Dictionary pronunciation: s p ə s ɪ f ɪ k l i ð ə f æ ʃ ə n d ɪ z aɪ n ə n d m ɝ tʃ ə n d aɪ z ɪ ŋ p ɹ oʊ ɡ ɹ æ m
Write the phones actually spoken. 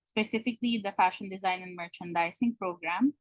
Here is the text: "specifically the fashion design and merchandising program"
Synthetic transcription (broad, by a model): s p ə s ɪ f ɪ k l i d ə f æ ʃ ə n d ɪ z aɪ n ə n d m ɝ tʃ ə n d aɪ s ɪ ŋ p ɹ oʊ ɡ ɹ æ m